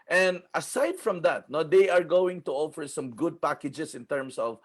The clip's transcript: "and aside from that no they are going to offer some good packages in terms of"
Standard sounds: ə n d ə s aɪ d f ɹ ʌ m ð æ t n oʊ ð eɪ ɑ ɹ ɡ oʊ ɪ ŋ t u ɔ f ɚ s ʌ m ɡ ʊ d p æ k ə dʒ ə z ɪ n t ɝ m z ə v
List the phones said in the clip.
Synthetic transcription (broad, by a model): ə n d ə s aɪ d f ɹ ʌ m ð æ t n oʊ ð eɪ ɑ ɹ ɡ oʊ ɪ ŋ t u ɔ f ɚ s ʌ m ɡ ʊ d p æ k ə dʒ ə s ɪ n t ɝ m s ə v